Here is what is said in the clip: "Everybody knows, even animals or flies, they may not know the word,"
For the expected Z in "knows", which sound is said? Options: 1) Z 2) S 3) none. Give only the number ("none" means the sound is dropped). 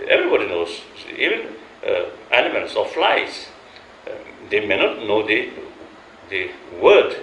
2